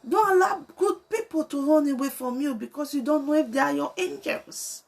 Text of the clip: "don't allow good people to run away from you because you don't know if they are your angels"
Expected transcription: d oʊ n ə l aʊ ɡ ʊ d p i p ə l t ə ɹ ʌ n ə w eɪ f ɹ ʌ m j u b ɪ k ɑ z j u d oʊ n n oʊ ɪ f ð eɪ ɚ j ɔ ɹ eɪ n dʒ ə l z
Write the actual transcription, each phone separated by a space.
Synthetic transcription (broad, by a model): d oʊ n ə l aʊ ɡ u d p i p ə l t ə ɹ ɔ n ə w eɪ f ɹ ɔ m j u b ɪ k ɑ s j u d oʊ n n oʊ ɪ f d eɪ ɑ j ɔ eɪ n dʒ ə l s